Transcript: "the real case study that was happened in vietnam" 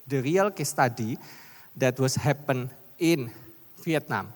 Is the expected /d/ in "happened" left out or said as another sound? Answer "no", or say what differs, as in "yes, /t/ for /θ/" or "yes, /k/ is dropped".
yes, /d/ is dropped